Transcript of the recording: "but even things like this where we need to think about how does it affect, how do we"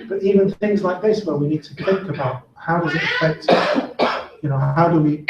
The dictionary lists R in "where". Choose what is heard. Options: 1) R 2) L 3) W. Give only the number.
2